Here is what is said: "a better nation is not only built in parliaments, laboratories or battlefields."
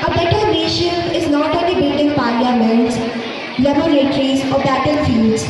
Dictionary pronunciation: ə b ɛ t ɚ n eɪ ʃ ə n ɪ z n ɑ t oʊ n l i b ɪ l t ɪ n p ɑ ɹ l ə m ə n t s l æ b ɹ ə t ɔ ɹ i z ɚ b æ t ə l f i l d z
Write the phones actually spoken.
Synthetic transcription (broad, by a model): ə b ɛ t ɚ n eɪ ʃ ə n ɪ z n ɑ t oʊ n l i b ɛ t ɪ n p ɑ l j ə m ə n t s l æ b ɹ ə t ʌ ɹ i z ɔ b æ t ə l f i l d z